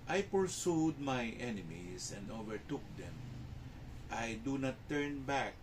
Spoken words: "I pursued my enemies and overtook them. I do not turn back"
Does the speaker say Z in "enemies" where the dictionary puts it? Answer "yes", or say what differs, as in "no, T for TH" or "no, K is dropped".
no, S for Z